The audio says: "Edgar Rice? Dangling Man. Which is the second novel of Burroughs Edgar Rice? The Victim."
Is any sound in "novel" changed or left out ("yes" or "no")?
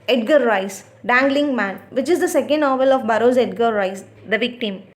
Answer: no